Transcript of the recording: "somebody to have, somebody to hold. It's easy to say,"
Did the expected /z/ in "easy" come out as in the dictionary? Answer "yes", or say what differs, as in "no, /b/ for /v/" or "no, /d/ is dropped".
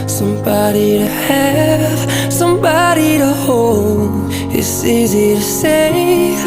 yes